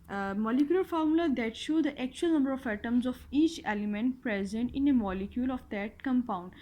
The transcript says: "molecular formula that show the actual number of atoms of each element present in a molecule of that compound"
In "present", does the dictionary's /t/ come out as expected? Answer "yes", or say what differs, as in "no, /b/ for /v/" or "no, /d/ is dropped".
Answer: yes